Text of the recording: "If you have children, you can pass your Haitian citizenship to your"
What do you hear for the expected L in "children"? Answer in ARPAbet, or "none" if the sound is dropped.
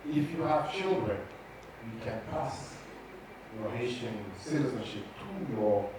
L